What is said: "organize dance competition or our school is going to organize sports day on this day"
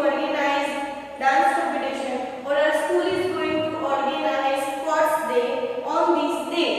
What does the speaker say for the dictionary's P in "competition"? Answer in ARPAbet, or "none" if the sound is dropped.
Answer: none